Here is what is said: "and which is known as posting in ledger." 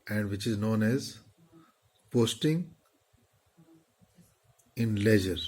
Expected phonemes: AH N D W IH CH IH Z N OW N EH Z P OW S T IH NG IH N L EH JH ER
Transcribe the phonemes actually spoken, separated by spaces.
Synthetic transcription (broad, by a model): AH N D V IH CH IH Z N OW N EH Z P OW S T IH NG IH N L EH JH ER